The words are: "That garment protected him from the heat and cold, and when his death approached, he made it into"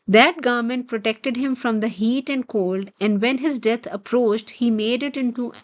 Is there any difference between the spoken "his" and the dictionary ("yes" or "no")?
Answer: no